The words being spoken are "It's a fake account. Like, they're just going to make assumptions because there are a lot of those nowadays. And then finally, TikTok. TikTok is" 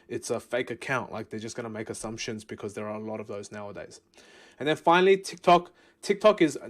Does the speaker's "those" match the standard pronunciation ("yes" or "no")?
yes